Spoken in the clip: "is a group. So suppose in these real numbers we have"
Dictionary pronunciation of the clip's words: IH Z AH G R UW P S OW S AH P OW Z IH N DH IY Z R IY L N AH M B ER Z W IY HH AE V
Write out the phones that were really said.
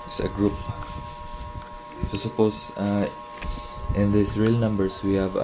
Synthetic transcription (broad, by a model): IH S AH G R UW P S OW S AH P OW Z IH N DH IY S R IY L N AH M B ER S W IY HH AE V